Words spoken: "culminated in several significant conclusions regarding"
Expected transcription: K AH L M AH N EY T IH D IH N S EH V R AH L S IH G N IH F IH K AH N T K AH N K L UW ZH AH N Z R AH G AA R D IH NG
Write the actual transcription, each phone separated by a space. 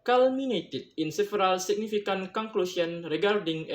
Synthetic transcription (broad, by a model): K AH L M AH N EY T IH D IH N S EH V R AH L S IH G N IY F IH K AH N K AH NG K L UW S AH N R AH G AA R D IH NG